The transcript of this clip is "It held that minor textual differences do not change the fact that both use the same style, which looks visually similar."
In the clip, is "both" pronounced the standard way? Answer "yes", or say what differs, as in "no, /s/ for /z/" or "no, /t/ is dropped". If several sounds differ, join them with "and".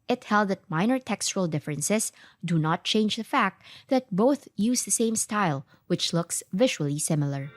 yes